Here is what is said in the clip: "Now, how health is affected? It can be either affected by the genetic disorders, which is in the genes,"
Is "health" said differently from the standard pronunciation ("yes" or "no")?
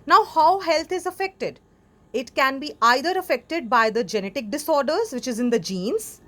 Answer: yes